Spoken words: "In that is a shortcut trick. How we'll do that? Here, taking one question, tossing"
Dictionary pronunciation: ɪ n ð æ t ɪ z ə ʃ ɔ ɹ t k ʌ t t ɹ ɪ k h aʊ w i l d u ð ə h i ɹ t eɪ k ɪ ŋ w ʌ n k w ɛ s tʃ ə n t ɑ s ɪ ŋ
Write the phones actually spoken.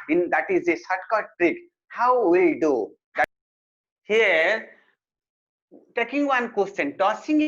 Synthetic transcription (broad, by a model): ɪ n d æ t ɪ z ə s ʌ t k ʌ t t ɹ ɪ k h aʊ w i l d u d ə h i ɹ t eɪ k ɪ ŋ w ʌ n k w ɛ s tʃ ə n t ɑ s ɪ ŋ